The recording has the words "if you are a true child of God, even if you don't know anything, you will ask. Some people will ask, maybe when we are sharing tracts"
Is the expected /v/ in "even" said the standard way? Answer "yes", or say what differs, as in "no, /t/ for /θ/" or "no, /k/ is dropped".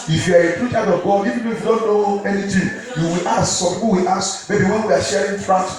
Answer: no, /p/ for /v/